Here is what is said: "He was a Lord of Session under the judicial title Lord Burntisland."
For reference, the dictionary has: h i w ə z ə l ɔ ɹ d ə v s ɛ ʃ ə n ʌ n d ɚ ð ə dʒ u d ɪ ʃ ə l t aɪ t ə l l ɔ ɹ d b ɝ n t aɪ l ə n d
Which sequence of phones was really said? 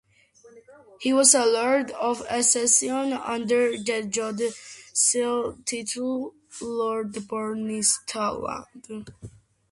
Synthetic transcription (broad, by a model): h i w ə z ə l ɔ ɹ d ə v s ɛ s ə n ʌ n d ɚ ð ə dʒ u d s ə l t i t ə l l ɔ ɹ d b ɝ n t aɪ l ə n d